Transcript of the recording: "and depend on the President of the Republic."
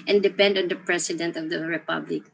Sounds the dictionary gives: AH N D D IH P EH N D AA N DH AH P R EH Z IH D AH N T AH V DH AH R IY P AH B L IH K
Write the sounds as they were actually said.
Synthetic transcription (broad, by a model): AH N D D IH P EH N D AA N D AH P R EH S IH D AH N T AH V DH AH R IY P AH B L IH K